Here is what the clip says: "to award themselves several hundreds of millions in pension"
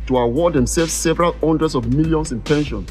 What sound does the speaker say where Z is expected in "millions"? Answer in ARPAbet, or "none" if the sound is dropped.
S